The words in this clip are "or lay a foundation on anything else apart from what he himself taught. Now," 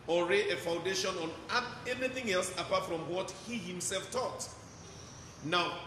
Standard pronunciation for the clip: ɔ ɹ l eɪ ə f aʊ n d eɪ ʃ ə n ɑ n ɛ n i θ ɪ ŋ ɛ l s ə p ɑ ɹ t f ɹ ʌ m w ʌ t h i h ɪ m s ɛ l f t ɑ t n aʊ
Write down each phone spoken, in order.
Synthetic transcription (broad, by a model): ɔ ɹ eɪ ə f aʊ n d eɪ ʃ ə n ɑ n ɛ n i θ ɪ ŋ ɛ l s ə p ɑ t f ɹ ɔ m w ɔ t h i h ɪ m s ɛ l f t ɑ t n aʊ